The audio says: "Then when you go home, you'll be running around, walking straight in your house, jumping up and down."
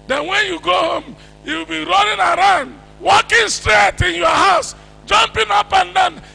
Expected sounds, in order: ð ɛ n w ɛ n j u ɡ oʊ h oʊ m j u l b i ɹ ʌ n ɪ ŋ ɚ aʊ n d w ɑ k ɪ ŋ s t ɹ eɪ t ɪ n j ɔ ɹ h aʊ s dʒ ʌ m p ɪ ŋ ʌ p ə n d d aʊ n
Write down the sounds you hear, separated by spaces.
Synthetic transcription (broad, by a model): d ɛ n w ɛ n j u ɡ oʊ h oʊ m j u w b i ɹ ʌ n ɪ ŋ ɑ aʊ n d w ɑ k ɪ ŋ s t ɹ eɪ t ɪ n j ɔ h aʊ s dʒ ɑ m p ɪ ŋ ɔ p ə n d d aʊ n